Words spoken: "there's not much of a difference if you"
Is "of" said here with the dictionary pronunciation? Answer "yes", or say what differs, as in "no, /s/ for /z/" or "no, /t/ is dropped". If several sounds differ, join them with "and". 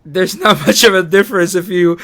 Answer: yes